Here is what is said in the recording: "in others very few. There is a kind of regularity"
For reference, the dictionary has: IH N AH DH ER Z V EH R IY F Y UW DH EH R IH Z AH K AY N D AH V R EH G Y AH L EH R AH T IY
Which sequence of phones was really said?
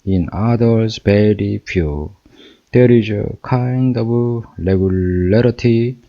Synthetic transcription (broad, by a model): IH N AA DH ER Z B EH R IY F Y UW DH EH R IH Z AH K AY N D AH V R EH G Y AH L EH R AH T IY